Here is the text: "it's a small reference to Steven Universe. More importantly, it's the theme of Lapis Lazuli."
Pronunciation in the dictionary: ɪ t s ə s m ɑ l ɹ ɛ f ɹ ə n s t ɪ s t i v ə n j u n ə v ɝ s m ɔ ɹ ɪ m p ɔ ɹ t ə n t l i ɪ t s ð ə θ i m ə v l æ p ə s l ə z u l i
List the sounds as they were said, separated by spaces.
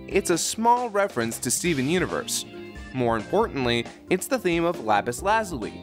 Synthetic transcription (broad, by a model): ɪ t s ə s m ɑ l ɹ ɛ f ɹ ə n s t ɪ s t i v ə n j u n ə v ɝ s m ɔ ɹ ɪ m p ɔ ɹ t n t l i ɪ t s ð ə θ i m ə v l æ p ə s l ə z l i